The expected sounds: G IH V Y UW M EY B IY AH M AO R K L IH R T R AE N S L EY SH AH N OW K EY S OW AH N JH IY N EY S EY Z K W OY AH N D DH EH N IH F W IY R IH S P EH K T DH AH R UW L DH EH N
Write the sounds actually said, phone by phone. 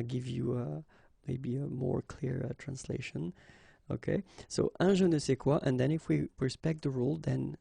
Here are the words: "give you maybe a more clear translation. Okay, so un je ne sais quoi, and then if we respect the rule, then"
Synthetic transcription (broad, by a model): G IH V Y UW M EY B IY AH M AO R K L IH R T R AE N S L EY SH AH N OW K EY S OW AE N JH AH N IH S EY K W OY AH N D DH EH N IH F W IY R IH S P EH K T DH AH R UW L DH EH N